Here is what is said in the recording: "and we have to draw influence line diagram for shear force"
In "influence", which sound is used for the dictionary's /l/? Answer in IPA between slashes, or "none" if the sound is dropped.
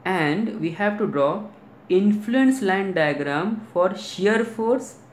/l/